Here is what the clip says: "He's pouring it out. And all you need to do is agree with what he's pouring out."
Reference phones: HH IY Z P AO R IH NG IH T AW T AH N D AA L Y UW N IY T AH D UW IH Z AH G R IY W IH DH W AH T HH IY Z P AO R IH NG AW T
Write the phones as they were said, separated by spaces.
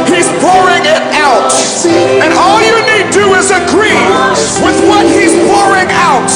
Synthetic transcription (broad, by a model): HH IY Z P AO R IH NG IH T AW T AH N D AA L Y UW N IY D D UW IH Z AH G R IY W IH DH W AH T HH IY Z P AO R IH NG AW T